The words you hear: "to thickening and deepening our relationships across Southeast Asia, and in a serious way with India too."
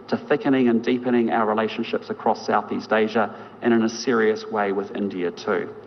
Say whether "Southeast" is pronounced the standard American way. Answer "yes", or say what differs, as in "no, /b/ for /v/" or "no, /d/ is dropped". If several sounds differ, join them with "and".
yes